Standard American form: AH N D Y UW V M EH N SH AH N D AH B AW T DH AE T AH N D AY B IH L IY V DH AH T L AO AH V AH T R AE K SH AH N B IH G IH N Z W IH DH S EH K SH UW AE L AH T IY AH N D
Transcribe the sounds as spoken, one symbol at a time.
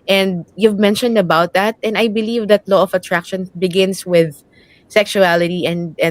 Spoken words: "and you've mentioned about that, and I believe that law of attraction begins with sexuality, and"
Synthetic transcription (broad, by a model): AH N D Y UW V M EH N SH AH N D AH B AW T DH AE T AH N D AY B IH L IY V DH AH T L AO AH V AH T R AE K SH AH N B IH G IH N S W IH DH S EH K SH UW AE L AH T IY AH N D